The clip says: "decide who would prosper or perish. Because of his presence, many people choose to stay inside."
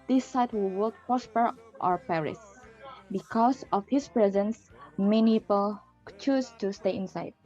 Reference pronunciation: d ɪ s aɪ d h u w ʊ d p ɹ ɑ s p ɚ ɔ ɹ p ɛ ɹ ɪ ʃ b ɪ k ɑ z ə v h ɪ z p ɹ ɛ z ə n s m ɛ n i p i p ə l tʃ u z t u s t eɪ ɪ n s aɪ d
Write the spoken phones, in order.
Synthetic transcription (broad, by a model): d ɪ s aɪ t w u w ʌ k p ɹ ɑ s p ɚ ɔ ɹ p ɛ ɹ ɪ s b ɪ k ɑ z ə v h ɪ s p ɹ ɛ z ə n s m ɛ n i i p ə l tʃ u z t u s t eɪ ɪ n s aɪ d